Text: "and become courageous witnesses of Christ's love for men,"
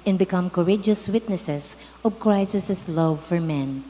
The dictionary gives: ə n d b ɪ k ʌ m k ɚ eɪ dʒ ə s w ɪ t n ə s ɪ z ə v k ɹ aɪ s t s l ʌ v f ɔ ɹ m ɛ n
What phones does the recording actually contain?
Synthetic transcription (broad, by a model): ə n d b ɪ k ʌ m k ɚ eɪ dʒ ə s w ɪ t n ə s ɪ s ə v k ɹ aɪ s s s l ʌ v f ɔ ɹ m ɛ n